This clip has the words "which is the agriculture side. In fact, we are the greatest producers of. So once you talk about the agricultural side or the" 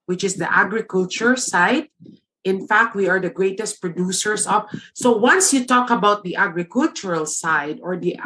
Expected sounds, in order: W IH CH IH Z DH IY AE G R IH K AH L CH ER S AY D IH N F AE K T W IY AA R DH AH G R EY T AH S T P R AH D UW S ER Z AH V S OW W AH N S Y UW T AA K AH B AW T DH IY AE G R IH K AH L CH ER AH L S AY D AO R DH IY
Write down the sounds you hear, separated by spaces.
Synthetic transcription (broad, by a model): W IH CH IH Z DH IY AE G R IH K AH L CH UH S AY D IH N F AE K T W IY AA R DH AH G R EY T AH S T P R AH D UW S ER S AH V S OW W AH N S Y UW T AA K AH B AW T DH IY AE G R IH K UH L CH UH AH L S AY D AO R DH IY